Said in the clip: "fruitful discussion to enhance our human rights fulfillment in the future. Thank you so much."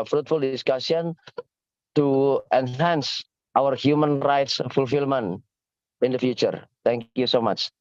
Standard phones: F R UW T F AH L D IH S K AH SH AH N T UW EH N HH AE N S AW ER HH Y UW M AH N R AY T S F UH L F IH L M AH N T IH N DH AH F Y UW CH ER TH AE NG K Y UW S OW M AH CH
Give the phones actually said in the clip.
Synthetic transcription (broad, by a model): F R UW T F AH L D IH S K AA S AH N T UW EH N HH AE N S AW ER HH Y UW M AH N R AY T S F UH L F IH L M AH N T IH N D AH F Y UW CH ER T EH NG K Y UW S OW M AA CH